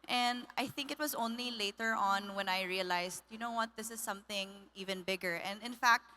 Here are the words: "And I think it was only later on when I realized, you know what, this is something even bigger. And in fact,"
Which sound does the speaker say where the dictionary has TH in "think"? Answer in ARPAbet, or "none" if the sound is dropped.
TH